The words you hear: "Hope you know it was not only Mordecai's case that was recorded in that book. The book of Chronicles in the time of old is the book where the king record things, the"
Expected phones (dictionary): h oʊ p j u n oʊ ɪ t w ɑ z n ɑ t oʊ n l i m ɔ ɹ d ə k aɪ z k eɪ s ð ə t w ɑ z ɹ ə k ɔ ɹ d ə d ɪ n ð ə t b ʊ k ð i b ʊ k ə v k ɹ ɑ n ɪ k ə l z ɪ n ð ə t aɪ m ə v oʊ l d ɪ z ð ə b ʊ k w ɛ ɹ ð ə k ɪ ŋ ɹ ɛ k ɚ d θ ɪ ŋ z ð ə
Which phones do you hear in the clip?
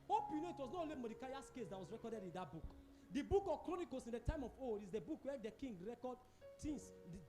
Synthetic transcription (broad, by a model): h oʊ p j u n oʊ ɪ t w ɑ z n ɑ t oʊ l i m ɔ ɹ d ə k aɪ s k eɪ s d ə t w ɑ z ɹ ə k ɔ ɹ d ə d ɪ n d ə t b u k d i b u k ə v k ɹ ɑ n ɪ k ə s ɪ n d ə t aɪ m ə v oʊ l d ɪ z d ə b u k w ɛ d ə k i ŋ ɹ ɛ k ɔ d t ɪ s